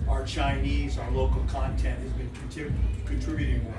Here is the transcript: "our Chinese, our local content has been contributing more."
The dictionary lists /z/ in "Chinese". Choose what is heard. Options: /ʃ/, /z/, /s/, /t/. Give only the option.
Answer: /z/